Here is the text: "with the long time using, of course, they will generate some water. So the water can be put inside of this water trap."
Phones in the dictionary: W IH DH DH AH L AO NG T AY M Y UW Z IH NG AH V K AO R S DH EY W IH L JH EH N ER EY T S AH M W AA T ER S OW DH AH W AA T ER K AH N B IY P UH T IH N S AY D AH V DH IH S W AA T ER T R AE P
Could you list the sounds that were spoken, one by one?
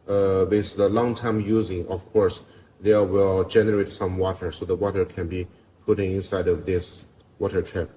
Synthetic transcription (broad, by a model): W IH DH DH AH L AO NG T AY M Y UW Z IH NG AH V K AO R S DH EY W IH L JH EH N ER EY T S AH M W AA T ER S OW DH AH W AA T ER K AH N B IY P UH T IH N S AY D AH V DH IH S W AA T ER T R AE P